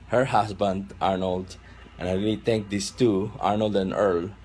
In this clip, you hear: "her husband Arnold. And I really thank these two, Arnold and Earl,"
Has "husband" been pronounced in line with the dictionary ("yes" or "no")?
no